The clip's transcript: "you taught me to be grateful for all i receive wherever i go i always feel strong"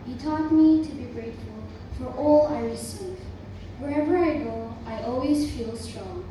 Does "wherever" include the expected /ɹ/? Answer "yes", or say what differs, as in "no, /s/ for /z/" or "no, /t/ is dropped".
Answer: yes